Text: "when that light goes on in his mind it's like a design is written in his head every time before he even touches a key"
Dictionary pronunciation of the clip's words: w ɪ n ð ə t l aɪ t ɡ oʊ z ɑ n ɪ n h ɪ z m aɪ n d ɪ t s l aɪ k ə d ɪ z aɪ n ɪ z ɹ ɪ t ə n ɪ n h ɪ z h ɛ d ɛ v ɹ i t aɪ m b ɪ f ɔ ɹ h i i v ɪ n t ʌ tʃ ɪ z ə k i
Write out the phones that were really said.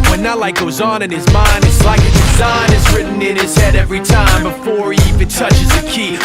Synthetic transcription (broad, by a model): w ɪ n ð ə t l aɪ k ɡ oʊ z n ɪ n ɪ z m aɪ n d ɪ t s l aɪ k ə d ɪ z aɪ n ɪ z ɹ ɪ t n ɪ n ɪ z h ɛ d ɛ v ɹ i t aɪ m b ɪ f ɔ ɹ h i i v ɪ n t ʌ tʃ ɪ z ə k i